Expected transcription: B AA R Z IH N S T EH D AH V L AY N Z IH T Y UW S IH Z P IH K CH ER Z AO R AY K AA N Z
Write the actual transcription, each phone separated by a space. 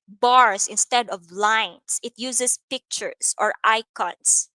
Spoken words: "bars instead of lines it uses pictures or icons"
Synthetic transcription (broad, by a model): B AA R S IH N S T EH D AH V L AY N S IH T Y UW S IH S P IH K CH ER S AO R AY K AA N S